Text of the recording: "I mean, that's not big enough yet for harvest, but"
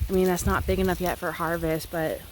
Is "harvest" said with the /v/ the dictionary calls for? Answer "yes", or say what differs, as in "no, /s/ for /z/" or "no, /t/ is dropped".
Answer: yes